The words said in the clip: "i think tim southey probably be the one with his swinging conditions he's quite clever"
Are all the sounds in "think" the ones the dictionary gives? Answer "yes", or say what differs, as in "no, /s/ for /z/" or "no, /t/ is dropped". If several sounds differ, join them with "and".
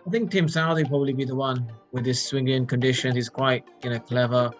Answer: yes